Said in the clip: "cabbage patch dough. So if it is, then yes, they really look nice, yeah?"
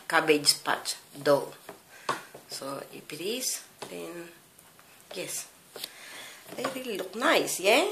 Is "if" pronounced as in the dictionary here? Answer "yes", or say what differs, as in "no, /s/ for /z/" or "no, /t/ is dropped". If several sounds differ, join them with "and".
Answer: no, /p/ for /f/